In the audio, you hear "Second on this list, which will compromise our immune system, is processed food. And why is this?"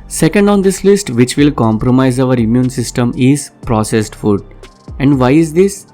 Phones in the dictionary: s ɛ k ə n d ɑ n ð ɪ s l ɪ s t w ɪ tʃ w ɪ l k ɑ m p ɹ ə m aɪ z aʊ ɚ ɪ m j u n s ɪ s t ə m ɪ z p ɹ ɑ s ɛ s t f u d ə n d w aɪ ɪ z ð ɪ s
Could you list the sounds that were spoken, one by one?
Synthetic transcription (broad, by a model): s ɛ k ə n d ɑ n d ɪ s l ɪ s t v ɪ tʃ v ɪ l k ɑ m p ɹ ə m aɪ z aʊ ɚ ɪ m j u n s ɪ s t ə m ɪ z p ɹ ɑ s ɛ s t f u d ə n d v aɪ ɪ z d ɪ s